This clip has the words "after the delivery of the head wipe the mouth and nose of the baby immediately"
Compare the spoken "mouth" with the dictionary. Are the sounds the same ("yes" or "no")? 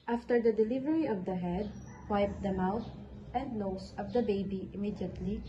no